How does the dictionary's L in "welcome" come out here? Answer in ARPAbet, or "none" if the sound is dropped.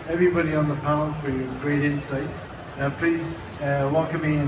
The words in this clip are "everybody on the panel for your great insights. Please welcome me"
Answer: none